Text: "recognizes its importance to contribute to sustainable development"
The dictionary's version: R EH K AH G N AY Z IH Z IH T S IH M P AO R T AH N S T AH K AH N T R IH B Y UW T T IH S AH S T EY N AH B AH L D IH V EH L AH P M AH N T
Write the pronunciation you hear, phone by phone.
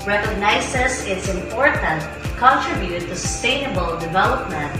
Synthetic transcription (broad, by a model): R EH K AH G N AY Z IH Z IH T S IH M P AO R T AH N T K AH N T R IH B Y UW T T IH S AH S T EY N AH B AH L D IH V EH L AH P M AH N T